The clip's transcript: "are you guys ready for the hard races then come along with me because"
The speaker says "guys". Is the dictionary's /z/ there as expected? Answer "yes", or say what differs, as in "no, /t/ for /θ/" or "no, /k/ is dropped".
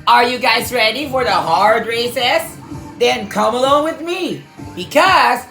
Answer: yes